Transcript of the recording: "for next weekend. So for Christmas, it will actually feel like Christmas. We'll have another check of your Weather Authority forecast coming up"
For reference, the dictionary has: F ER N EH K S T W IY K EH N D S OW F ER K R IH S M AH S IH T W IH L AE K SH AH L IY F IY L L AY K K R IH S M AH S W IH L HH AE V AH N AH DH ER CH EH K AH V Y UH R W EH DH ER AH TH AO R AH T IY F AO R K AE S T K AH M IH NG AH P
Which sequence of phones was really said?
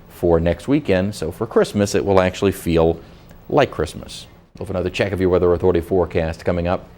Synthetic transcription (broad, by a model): F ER N EH K S T W IY K EH N D S OW F ER K R IH S M AH S IH T W IH L AE K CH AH L IY F IY L L AY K K R IH S M AH S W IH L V AH N AH DH ER CH EH K AH V Y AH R W EH DH ER AH TH AO R AH T IY F AO R K AE S T K AH M IH NG AH P